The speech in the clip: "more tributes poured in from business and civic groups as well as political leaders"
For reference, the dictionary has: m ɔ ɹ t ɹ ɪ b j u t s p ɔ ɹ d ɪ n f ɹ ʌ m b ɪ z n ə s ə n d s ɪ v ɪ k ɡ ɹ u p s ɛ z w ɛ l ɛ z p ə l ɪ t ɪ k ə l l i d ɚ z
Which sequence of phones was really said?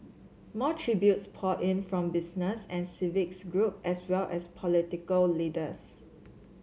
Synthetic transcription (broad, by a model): m ɔ t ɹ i b j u t s p ɔ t ɪ n f ɹ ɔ m b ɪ s n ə s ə n s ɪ v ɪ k ɡ ɹ u p ɛ s w ɛ l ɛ s p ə l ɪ t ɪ k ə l l i d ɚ s